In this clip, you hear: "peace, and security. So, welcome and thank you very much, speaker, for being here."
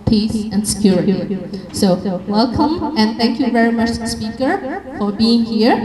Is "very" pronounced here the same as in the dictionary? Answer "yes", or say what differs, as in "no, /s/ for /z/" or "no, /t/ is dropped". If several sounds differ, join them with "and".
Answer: yes